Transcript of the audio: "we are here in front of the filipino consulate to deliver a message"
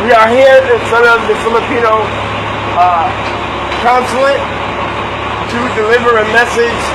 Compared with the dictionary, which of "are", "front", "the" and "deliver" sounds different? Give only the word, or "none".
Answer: front